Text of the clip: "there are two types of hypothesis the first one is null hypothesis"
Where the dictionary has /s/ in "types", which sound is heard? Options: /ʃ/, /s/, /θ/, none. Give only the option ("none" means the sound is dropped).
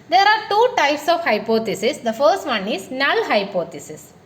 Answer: /s/